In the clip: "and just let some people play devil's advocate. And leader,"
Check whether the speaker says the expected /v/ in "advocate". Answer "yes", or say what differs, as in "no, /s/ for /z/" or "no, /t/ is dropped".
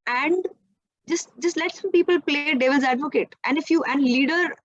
yes